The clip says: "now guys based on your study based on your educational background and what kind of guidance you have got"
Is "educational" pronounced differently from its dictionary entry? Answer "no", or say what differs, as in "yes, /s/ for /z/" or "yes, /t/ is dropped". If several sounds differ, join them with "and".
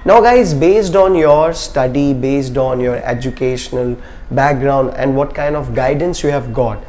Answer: no